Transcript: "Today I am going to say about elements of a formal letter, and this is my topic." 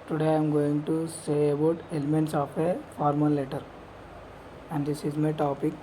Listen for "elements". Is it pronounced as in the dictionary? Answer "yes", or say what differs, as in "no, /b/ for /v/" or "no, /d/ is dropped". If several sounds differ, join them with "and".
yes